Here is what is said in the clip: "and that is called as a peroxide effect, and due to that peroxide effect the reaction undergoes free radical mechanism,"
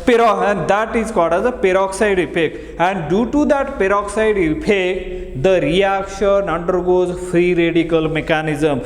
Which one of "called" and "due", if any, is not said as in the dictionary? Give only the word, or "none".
called